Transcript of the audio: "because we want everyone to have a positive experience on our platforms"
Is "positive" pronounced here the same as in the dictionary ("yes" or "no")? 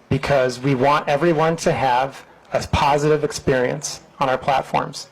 yes